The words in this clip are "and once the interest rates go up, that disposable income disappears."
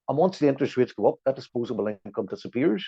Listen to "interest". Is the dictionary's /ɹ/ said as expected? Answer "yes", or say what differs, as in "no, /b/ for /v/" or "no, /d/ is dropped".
no, /ɹ/ is dropped